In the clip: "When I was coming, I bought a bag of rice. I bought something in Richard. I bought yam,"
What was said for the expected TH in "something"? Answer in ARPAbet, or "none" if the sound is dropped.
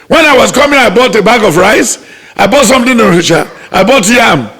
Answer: T